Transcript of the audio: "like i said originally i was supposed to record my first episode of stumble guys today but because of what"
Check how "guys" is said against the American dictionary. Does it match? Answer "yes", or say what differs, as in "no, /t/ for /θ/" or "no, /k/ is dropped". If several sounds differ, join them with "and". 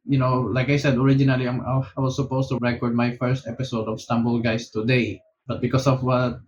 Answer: no, /s/ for /z/